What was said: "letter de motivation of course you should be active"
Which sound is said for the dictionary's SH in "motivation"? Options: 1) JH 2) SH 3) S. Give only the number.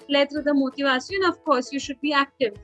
3